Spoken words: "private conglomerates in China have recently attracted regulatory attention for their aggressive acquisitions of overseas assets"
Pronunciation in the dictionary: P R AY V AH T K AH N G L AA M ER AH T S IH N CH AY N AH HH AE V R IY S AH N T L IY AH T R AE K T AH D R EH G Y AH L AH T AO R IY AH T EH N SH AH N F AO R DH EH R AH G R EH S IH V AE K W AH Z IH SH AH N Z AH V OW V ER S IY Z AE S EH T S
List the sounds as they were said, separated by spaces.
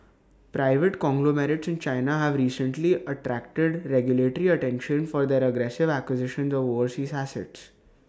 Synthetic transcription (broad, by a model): P R AY V AH T K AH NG G L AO M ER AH T S IH N CH AY N AH HH AE V R IY S AH N T L IY AH T R AE K T AH D R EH G Y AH L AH T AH R IY AH T EH N SH AH N F AO R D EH R AH G R EH S IH V AE K W AH Z IH SH AH N Z AH V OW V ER S IY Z AE S EH T S